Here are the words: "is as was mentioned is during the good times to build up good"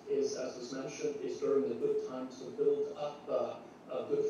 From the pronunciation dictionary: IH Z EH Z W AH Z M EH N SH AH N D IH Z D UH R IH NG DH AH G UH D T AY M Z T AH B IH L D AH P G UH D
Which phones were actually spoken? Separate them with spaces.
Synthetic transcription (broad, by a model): IH Z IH Z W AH Z M EH N SH AH N D IH Z D UH R IH NG DH AH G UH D T AY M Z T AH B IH L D AH P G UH